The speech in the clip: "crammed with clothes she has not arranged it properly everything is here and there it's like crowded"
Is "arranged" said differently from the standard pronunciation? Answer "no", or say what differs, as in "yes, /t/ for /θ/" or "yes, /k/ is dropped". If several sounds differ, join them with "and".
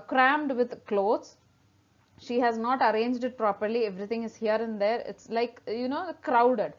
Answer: no